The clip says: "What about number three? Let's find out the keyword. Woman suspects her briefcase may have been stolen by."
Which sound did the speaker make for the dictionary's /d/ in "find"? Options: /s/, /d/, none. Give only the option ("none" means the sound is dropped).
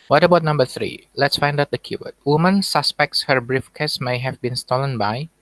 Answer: /d/